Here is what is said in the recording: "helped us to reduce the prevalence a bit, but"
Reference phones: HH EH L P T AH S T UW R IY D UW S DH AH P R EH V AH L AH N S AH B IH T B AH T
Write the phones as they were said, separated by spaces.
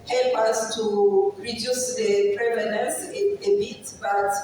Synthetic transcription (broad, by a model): HH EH L P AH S T UW R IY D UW S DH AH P R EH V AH N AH S AH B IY T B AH T